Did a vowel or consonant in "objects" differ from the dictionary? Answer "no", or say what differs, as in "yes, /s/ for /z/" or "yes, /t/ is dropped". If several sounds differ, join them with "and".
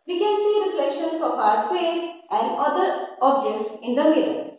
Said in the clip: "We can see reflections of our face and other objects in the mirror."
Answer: no